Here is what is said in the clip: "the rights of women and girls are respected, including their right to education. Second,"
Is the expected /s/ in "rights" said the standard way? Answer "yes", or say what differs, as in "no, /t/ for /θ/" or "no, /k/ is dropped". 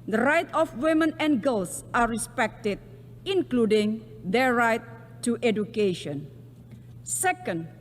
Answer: no, /s/ is dropped